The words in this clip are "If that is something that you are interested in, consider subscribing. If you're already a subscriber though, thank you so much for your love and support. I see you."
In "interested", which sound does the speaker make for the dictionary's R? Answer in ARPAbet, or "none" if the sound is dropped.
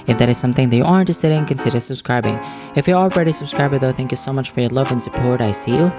none